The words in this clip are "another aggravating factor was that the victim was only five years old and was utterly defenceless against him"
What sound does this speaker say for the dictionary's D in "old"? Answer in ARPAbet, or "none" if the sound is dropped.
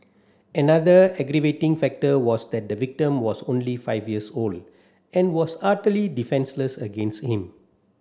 D